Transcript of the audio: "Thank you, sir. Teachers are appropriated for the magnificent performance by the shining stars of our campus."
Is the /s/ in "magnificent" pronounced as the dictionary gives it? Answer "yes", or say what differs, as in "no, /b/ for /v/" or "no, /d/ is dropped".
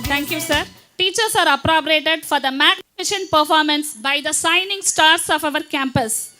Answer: no, /ʃ/ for /s/